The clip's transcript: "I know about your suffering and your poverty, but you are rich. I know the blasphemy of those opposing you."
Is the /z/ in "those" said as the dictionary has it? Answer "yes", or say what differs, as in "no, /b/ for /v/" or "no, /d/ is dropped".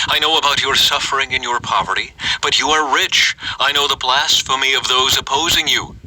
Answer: yes